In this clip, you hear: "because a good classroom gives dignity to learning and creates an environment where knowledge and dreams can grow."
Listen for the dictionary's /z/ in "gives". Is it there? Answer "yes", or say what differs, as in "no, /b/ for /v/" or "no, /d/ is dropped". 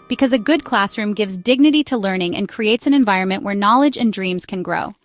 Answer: yes